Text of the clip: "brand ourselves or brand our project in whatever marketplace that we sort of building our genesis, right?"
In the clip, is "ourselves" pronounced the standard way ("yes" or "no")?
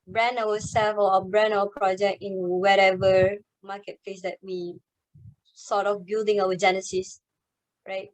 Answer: no